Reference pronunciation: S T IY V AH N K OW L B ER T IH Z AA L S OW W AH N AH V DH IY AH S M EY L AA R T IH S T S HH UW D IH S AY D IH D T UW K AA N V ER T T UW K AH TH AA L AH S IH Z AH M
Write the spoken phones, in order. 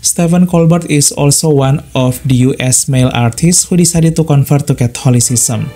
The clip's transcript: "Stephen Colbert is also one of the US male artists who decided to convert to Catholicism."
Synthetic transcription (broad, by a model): S T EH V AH N K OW L B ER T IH S AA L S OW W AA N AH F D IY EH S M EY L AA R T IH S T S HH UW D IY S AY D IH T UW K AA N F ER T T UW K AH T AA L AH S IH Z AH M